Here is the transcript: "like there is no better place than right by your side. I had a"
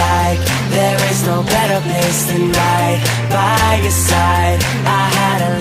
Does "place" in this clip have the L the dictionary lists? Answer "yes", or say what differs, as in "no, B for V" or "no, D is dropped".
no, L is dropped